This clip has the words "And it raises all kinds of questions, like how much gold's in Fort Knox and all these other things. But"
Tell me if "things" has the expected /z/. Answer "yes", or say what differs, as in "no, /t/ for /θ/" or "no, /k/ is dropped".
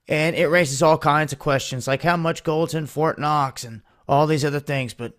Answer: yes